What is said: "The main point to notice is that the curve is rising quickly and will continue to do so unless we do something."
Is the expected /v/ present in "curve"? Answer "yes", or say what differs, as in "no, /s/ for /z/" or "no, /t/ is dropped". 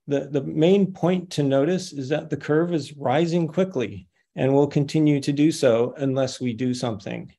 yes